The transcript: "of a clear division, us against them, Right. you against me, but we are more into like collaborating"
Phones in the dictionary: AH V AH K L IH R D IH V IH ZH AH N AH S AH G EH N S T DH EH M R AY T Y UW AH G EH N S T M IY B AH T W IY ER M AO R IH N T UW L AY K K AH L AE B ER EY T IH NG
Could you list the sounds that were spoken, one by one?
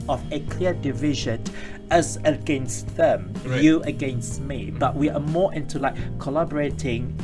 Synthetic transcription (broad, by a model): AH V AH K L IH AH D IH V IH ZH AH N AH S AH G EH N S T DH EH M Y UW AH G EH N S T M IY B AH T W IY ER M AO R IH N T UW L AY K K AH L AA B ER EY T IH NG